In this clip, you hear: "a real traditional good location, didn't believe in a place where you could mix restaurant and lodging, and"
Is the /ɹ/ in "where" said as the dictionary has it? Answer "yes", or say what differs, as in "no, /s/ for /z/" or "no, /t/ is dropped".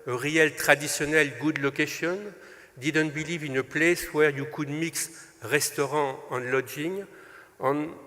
yes